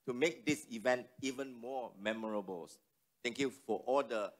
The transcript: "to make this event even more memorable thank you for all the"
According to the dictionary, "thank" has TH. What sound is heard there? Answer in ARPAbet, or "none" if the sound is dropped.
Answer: S